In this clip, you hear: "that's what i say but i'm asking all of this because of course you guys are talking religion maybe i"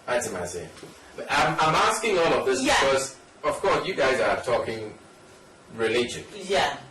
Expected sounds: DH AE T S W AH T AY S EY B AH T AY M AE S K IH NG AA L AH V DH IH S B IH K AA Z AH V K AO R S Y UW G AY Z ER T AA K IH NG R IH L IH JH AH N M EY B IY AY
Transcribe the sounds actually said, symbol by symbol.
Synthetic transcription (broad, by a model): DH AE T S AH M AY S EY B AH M AY M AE S K IH NG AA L AH V DH IH S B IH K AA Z AH V K AO R S Y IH G AY Z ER T AA K IH NG R IH L IH JH AH N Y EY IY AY